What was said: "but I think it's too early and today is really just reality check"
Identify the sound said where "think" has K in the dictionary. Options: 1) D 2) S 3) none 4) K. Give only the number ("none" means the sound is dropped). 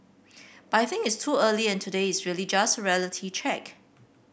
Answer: 3